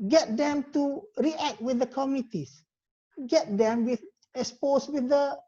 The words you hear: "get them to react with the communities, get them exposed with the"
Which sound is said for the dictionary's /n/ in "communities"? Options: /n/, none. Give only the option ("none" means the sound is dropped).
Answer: none